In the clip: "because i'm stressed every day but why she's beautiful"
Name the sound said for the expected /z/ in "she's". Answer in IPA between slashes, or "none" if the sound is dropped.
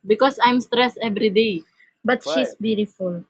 /s/